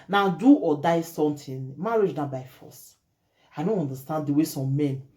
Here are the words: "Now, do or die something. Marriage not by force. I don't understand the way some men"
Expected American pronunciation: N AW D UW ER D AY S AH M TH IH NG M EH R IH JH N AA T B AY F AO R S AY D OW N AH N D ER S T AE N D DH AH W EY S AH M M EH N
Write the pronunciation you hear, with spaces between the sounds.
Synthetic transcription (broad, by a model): N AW D UW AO D AY S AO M T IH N M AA R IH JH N AA B AY F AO S AY D OW N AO N D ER S T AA N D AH W EY S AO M M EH N